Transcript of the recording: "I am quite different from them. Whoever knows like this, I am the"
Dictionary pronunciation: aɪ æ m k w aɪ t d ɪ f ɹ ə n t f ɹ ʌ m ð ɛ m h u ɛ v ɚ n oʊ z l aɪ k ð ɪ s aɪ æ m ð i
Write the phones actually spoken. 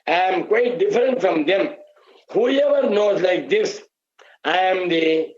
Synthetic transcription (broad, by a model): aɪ m k w aɪ t d ɪ f ɹ ə n t f ɹ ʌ m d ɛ m h u ɛ v ɚ n oʊ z l aɪ k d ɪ s aɪ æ m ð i